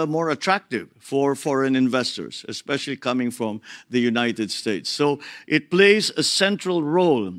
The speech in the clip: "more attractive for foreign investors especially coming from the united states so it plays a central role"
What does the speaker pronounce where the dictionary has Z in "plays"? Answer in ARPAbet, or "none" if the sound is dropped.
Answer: Z